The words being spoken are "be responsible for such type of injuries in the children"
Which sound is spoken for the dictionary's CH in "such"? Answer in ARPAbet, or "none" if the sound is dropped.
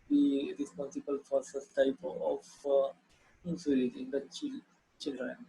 S